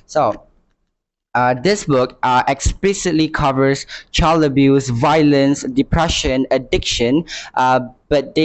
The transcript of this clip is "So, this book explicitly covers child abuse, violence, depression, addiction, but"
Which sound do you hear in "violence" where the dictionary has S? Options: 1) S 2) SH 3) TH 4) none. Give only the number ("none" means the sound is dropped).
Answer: 1